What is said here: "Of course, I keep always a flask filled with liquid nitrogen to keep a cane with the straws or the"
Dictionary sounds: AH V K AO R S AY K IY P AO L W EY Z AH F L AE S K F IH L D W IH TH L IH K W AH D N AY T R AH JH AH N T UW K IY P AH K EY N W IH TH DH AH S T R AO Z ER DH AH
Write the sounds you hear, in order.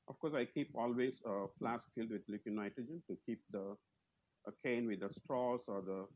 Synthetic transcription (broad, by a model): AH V K AO R S AY K IY P AO L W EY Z AH F L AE S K F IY L D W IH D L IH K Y N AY T AH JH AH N T UW K IY P AH K EY N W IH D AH S T R AO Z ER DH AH